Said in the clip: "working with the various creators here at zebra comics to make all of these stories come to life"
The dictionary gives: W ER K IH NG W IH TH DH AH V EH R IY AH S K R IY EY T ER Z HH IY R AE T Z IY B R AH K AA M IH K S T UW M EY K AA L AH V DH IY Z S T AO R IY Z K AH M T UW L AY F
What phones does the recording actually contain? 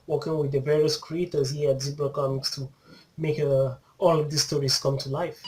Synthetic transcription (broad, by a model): W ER K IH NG W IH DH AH V EH R IY AH S K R IY EY T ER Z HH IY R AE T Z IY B AH K AA M IH K S T UW M EY K AA L AH V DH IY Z S T AO R IY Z K AH M T UW L AY F